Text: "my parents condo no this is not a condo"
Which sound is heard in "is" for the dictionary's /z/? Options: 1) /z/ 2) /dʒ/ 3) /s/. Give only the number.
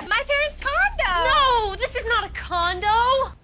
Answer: 1